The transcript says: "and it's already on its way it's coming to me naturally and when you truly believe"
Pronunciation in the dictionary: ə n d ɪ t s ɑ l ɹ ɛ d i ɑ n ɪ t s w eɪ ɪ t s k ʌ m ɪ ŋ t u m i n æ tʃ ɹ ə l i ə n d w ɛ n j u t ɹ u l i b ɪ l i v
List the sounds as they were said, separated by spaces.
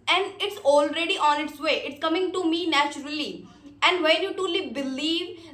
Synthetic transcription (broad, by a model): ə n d ɪ t s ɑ l ɹ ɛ d i ɑ n ɪ t s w eɪ ɪ t s k ʌ m ɪ ŋ t u m i n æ tʃ ɹ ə l i ə n d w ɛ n j u t u l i b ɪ l i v